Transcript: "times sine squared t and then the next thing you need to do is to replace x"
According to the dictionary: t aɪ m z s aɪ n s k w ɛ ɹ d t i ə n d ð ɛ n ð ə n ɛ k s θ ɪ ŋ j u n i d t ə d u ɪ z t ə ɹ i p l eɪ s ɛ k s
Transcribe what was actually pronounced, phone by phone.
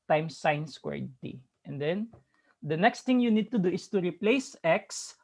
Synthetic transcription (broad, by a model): t aɪ m s aɪ n s k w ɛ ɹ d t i ə n d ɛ n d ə n ɛ k s t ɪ ŋ j u n i d t ə d u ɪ s t ə ɹ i p l eɪ s ɛ k s